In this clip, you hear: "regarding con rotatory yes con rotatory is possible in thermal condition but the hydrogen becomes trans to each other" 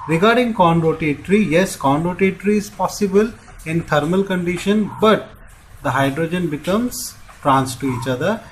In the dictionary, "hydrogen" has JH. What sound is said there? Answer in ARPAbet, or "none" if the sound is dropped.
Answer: JH